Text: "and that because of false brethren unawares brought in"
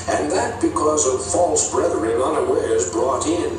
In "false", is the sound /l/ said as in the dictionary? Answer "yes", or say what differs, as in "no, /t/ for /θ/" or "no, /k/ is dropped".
yes